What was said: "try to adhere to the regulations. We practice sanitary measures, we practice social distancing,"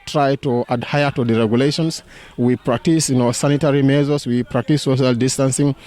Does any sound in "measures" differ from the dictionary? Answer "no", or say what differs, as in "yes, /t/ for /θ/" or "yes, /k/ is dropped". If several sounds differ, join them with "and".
yes, /z/ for /ʒ/